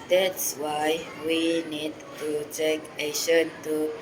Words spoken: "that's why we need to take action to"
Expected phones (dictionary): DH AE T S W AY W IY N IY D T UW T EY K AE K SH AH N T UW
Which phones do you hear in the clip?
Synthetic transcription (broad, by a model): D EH T S W AY W IY N IY D T UW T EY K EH SH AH N T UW